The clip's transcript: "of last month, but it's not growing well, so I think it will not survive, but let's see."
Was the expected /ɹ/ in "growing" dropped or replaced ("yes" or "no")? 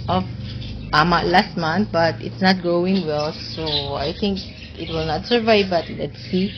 yes